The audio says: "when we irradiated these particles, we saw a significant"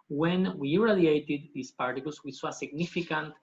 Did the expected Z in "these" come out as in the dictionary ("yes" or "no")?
no